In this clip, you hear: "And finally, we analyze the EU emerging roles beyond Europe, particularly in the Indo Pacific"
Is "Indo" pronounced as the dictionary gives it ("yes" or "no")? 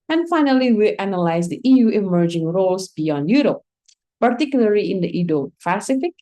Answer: no